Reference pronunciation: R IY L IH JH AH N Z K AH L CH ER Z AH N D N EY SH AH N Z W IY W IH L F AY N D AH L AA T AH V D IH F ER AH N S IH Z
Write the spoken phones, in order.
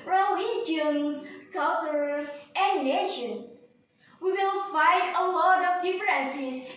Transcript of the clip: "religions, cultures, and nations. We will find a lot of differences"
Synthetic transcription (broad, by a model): R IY L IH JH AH N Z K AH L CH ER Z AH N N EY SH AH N W IY W IH L F AY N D AH L AA T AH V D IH F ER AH N S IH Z